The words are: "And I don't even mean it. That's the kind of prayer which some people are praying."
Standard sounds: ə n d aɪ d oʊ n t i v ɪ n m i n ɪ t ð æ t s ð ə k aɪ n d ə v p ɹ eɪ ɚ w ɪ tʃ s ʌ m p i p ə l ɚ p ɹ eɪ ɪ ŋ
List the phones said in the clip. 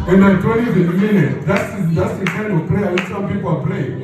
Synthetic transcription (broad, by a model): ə n d aɪ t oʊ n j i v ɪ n m i n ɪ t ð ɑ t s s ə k aɪ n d ə v p l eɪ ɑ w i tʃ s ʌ m p i p ə l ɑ p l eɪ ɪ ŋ